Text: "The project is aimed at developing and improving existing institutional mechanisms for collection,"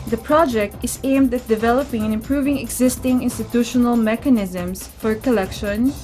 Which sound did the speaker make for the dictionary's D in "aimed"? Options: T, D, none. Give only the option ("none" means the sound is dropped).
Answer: D